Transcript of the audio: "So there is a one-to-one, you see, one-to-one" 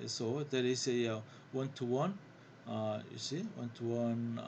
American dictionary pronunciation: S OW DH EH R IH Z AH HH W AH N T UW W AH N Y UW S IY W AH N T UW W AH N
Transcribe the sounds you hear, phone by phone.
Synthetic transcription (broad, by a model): S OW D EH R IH S AH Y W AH N T UW W AH N Y UW S IY W AH N T UW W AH N